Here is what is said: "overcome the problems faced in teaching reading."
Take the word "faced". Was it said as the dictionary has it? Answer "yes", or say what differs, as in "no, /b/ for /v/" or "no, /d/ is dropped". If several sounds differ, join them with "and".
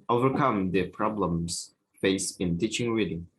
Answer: no, /t/ is dropped